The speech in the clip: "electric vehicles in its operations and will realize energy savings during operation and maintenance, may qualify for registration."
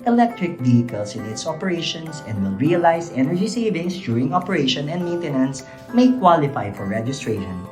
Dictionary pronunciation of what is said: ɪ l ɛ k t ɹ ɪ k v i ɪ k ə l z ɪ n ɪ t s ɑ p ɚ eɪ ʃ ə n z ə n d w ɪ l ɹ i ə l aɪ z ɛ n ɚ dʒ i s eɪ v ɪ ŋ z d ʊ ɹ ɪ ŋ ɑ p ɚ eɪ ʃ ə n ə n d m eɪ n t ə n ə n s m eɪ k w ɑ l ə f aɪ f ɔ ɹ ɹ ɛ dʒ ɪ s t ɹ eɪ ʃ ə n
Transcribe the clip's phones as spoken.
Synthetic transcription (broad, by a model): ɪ l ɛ k t ɹ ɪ k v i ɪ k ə l s ɪ n ɪ t s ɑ p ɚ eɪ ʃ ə n s ə n d w ɪ l ɹ i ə l aɪ s ɛ n ɚ dʒ i s eɪ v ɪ ŋ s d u ɹ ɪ ŋ ɑ p ɚ eɪ ʃ ə n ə n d m eɪ n t ə n ə n s m eɪ k w ɑ l ə f aɪ f ɔ ɹ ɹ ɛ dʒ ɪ s t ɹ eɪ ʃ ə n